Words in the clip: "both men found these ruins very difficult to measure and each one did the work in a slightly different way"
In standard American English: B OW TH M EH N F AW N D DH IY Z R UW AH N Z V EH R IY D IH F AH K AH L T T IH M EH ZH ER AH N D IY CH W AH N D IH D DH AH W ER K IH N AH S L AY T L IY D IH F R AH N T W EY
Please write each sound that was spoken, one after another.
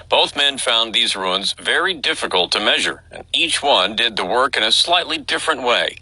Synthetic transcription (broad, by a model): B OW TH M EH N F AW N DH IY Z R UW AH N Z V EH R IY D IH F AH K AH L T T IH M EH ZH ER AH N IY CH W AH N D IH D DH AH W ER K IH N AH S L AY T L IY D IH F R AH N T W EY